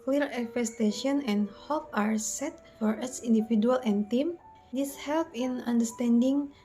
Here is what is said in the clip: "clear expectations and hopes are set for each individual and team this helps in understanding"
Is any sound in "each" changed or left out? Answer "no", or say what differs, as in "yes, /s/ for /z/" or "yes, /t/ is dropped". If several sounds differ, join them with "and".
yes, /s/ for /tʃ/